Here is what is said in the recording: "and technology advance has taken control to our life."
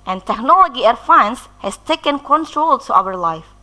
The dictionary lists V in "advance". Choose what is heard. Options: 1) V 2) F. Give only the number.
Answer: 2